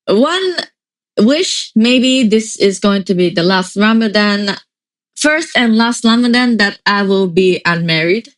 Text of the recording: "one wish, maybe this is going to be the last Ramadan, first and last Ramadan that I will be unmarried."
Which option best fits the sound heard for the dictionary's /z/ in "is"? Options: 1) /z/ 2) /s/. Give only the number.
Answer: 1